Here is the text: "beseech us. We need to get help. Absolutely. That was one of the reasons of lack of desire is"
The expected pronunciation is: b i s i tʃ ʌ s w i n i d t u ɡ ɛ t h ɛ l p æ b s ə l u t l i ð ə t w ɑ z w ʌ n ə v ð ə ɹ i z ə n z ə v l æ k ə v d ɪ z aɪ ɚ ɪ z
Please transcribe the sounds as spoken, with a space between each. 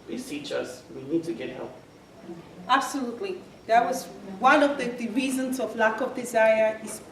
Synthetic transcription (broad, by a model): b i s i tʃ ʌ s w i n i d t u ɡ ɛ t h ɛ l p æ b s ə l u t l i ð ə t w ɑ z w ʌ n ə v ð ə ɹ i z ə n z ə v l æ k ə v d ɪ z aɪ ɚ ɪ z